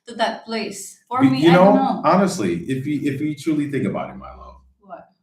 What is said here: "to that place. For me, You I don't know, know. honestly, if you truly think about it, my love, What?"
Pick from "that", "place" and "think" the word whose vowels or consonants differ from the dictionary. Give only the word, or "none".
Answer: none